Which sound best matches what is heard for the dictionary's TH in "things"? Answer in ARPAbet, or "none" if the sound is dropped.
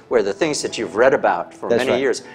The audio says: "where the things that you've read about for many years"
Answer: TH